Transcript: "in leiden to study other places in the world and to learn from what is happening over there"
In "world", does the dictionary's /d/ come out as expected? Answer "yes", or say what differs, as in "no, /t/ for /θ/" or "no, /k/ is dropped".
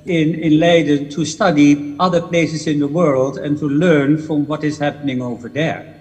yes